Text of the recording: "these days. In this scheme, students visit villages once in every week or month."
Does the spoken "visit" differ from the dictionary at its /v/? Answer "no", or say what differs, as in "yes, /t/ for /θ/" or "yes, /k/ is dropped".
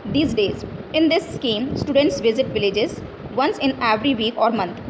no